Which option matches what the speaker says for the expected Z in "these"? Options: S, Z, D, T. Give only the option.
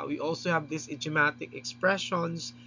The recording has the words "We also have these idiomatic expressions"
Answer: S